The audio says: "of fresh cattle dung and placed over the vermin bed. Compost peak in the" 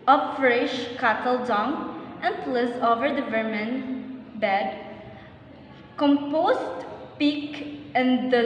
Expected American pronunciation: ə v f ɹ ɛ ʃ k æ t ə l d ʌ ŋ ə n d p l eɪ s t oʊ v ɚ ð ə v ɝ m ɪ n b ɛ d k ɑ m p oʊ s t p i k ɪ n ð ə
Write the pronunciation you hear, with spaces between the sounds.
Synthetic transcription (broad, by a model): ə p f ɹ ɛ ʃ k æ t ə l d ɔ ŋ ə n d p l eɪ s oʊ v ɚ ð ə v ɝ m ɪ n b ɛ d k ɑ m p oʊ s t p i k ɪ n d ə